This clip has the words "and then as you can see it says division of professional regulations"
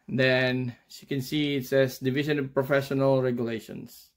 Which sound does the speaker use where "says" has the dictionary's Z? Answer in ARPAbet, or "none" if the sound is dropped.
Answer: S